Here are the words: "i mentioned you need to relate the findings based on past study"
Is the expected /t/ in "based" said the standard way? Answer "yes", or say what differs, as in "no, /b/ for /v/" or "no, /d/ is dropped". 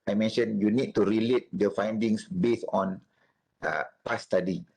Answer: no, /t/ is dropped